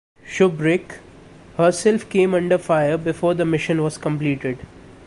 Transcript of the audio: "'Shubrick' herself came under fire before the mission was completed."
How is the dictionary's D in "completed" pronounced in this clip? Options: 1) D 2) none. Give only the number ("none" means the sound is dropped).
1